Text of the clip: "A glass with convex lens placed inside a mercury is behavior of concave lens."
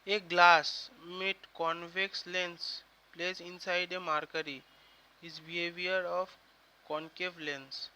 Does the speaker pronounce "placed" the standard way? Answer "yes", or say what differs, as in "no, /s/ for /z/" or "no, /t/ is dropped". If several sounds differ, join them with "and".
no, /t/ is dropped